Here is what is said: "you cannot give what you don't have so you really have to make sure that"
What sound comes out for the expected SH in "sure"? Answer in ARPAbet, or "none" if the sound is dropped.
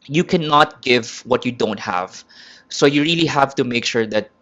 SH